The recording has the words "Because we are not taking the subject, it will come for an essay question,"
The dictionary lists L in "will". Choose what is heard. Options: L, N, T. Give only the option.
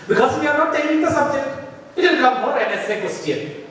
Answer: N